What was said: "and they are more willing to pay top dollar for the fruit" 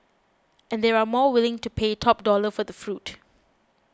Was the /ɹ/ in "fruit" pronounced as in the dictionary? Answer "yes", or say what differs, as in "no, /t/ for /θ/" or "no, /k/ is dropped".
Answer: yes